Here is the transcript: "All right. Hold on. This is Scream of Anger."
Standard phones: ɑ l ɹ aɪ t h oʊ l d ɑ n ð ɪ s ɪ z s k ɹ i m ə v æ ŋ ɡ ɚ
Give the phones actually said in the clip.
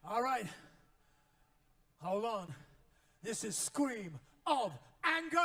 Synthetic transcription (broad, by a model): ɑ l ɹ aɪ t h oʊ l ɑ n ð ɪ s ɪ z s k ɹ i m ə v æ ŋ ɡ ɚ